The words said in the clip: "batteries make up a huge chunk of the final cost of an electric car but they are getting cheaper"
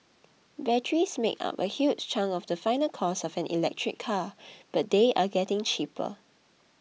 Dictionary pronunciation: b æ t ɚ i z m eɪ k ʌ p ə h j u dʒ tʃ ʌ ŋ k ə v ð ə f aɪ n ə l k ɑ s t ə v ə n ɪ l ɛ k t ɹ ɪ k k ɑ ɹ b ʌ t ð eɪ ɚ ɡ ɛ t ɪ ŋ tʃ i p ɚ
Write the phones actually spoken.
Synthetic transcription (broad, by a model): b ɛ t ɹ i s m eɪ k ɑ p ə h j u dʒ tʃ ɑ ŋ ə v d ə f aɪ n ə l k ɑ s ə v ə n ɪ l ɛ k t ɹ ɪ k k ɑ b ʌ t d eɪ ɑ ɡ ɛ t ɪ ŋ tʃ i p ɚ